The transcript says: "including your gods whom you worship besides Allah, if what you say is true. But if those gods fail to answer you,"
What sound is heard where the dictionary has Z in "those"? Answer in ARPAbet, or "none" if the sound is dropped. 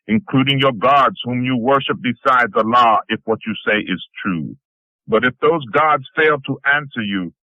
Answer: Z